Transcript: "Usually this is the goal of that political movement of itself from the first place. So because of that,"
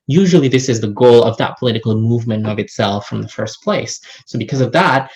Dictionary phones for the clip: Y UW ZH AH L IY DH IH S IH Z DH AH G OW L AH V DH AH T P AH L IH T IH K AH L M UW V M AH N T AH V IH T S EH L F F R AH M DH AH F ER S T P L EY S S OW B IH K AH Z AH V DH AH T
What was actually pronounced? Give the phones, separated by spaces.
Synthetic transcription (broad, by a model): Y UW ZH L IY DH IH S IH Z DH AH G OW L AH V DH AH T P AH L IH T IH K L M UW V M AH N T AH V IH T S EH L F F R AH M DH AH F ER S P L EY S S OW B IH K AH Z AH V DH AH T